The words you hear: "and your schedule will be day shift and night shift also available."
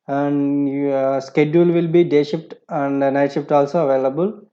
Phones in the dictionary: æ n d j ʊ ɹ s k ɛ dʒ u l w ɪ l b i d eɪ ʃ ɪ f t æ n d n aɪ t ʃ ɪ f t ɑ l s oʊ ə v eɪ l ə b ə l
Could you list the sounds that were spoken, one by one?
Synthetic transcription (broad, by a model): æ n d s k ɛ dʒ u l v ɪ l b i d eɪ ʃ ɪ p t æ n d n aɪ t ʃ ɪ p t ɑ l s oʊ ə v eɪ l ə b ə l